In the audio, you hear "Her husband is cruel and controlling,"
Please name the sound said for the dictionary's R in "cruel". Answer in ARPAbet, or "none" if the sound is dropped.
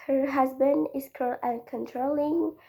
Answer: none